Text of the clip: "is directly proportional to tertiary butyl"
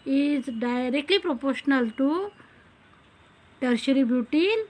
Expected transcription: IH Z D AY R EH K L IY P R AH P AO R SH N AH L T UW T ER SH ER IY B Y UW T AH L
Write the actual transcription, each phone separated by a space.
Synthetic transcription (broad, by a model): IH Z D AY R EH K L IY P R AH P AO R SH N AH L T UW T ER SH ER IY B Y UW T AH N